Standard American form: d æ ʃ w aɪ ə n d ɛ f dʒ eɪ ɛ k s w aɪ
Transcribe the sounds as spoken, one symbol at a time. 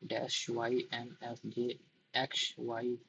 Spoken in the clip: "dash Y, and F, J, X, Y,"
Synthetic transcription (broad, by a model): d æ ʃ w aɪ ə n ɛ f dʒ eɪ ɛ k ʃ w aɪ